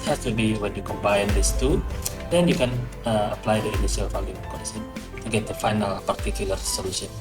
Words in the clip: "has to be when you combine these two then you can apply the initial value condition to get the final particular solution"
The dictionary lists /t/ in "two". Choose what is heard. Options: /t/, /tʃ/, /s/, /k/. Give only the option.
/t/